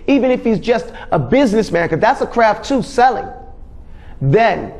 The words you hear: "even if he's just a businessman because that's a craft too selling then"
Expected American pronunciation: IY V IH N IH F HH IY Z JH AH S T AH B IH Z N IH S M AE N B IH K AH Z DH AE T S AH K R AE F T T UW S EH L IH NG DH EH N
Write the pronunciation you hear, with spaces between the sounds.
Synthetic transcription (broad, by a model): IY V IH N IH F HH IY Z JH AH S T AH B IH Z N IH S M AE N K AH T DH AE T S AH K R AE F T T UW S EH L IH NG DH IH N